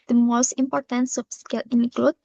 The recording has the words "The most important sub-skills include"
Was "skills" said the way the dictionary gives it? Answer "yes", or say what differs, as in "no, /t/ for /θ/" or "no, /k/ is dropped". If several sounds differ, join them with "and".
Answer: no, /z/ is dropped